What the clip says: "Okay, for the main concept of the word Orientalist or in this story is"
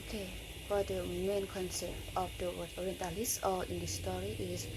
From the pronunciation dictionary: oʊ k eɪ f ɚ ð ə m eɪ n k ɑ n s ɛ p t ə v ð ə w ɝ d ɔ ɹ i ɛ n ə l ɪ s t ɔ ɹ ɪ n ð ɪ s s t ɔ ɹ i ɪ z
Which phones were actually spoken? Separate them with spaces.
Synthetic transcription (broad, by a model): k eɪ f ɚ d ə m eɪ n k ɑ n s ɛ p t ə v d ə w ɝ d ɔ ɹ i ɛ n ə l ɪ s ɔ l ɪ n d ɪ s s t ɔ ɹ i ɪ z